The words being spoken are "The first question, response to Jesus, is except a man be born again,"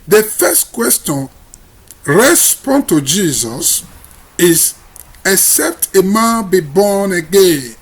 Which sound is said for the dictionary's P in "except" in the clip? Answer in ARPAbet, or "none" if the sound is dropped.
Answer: P